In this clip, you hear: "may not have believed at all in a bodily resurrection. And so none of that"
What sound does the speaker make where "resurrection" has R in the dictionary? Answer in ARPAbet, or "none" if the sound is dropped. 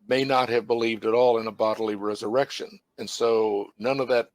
R